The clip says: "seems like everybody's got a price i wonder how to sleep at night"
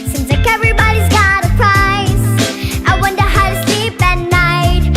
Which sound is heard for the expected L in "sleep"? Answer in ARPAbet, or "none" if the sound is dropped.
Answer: L